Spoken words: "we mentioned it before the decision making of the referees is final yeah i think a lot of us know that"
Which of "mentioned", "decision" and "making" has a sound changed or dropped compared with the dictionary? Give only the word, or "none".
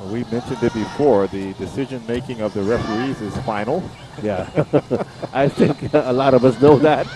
none